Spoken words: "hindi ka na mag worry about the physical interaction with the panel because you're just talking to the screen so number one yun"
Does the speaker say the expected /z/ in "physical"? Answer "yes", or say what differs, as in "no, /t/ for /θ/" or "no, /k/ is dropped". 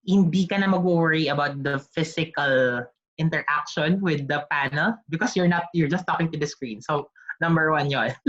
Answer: no, /s/ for /z/